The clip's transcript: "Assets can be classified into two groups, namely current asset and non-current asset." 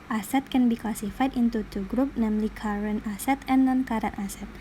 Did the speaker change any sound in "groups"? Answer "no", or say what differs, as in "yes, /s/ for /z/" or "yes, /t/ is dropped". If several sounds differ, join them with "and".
yes, /s/ is dropped